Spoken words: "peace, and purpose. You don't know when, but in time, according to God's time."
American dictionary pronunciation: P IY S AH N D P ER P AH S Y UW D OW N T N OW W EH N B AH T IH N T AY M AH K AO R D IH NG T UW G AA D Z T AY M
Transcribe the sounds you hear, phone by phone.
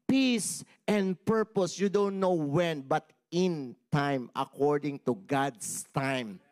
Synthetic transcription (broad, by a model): P IY S AH N D P ER P AH S Y UW D OW N T N OW W EH N B AH T IH N T AY M AH K AO R D IH NG T UW G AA D S T AY M